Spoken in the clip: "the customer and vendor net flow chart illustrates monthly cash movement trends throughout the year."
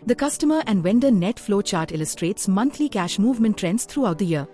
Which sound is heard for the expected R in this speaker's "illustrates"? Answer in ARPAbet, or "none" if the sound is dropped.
R